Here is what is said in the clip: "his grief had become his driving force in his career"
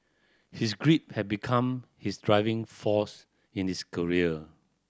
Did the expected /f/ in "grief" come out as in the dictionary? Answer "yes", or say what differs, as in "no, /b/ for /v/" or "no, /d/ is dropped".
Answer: no, /p/ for /f/